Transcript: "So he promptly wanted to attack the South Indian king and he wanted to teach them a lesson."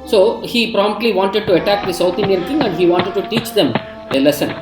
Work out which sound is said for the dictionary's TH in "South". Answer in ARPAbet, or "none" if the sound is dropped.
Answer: T